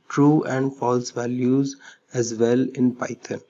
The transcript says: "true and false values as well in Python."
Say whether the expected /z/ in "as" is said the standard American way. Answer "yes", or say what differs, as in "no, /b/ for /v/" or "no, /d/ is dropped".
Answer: yes